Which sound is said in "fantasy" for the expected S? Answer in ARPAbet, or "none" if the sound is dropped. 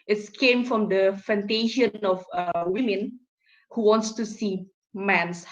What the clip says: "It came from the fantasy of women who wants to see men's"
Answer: SH